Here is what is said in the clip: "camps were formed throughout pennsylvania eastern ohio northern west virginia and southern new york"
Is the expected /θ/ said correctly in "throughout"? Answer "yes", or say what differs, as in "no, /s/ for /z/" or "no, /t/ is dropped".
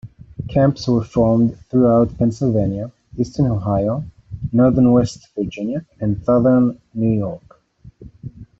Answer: yes